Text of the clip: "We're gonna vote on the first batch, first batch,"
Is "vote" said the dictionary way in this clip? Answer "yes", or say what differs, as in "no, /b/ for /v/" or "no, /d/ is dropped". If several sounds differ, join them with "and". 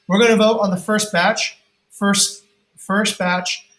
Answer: yes